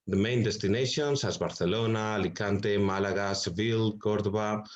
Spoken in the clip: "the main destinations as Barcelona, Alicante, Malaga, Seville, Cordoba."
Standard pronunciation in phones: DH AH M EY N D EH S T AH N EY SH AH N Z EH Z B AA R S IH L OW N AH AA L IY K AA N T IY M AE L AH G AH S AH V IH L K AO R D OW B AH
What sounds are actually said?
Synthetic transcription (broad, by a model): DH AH M EY N D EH S T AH N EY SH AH N S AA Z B AA R TH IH L OW N AA L IY K AA N T IY M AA L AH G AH S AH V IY L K AO R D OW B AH